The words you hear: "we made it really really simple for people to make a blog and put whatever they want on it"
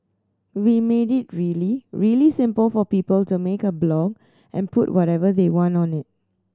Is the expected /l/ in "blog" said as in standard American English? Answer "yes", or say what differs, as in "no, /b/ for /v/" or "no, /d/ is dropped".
yes